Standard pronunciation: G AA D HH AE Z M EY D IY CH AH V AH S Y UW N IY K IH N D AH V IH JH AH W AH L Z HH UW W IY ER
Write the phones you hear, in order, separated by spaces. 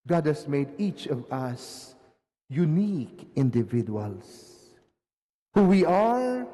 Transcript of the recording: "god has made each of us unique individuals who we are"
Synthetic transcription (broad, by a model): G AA D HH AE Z M EY D IY CH AH V AH S Y UW N IY K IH N D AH V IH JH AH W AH L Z HH UW W IY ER